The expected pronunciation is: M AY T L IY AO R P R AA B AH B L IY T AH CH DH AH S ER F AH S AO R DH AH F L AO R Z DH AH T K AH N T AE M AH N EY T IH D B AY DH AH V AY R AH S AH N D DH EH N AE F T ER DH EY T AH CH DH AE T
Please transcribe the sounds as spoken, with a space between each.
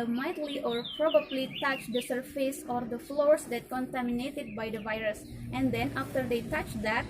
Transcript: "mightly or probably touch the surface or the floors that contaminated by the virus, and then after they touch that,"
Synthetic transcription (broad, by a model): M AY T L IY AO R P R AA B AH B L IY T AH CH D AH S ER F AH S AO R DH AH F L AO R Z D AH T K AH N T AE M AH N EY T IH D B AY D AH V AY R AH S AH N D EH N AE F T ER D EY T AH CH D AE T